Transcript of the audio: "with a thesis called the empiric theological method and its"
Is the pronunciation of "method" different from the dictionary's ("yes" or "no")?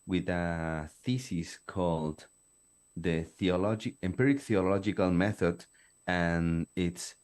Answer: no